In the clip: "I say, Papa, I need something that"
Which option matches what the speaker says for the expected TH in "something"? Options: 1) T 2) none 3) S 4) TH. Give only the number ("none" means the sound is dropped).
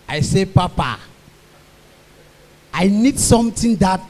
1